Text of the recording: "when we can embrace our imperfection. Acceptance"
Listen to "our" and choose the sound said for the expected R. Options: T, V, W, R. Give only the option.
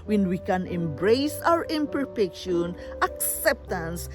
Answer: R